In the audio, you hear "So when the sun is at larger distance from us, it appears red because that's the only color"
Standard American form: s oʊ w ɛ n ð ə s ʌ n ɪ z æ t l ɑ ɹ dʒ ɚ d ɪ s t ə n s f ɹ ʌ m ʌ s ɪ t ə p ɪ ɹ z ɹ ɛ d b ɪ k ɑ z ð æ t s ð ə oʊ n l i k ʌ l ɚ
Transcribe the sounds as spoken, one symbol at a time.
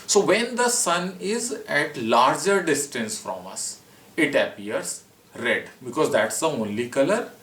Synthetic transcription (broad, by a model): s oʊ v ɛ n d ə s ʌ n ɪ z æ t l ɑ ɹ dʒ ɚ d ɪ s t ə n s f ɹ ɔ m ʌ s ɪ t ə p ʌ ɹ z ɹ ɛ d b ɪ k ɑ z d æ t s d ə oʊ n l i k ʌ l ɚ